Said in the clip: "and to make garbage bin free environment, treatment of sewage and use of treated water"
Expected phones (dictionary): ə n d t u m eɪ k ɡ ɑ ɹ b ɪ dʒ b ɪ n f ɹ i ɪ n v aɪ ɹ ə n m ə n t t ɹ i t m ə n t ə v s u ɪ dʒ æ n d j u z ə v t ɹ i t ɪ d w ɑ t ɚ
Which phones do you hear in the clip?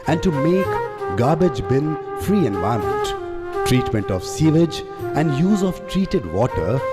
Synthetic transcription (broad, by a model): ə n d t u m eɪ k ɡ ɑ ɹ b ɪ dʒ b ɪ n f ɹ i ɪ n v aɪ ə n m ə n t t ɹ i t m ə n t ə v s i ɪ dʒ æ n d j u z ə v t ɹ i t ɪ d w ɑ t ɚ